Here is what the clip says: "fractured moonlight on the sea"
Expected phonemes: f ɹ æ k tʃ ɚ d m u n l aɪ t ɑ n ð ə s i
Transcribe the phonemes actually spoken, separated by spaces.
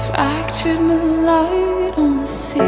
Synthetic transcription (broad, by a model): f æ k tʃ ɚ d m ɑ l aɪ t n ð ə s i